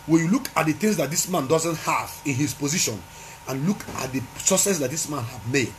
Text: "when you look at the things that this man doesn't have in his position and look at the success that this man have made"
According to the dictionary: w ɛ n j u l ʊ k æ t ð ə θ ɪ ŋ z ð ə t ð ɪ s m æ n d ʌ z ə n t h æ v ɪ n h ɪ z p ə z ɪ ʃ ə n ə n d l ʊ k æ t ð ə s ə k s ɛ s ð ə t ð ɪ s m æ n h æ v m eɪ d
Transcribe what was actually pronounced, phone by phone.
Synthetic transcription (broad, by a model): w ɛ n j u l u k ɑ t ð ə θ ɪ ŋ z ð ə t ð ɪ s m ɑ n d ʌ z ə n t h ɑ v ɪ n h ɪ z p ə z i ʃ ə n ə n l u k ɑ t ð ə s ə s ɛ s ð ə t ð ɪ s m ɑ n h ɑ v m eɪ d